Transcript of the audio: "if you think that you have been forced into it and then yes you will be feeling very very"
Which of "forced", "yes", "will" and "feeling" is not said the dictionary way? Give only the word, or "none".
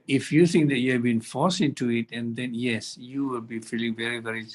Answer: forced